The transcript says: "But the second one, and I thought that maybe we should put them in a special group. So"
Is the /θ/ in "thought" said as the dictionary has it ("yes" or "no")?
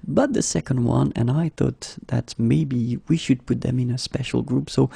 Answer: yes